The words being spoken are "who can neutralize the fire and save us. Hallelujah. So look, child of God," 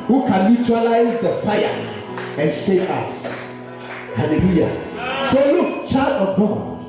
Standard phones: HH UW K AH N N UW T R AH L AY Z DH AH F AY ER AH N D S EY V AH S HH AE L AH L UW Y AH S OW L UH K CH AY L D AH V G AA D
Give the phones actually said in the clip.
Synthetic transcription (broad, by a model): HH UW K AH N L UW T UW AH L AY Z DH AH F AY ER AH N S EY AH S HH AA L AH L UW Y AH S OW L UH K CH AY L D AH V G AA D